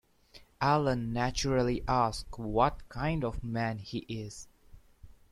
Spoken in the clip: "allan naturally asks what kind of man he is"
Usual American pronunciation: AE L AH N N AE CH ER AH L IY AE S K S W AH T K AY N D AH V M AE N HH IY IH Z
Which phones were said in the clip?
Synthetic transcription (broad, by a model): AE L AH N N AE CH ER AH L IY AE S K W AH T K AY N D AH V M AE N HH IY IH Z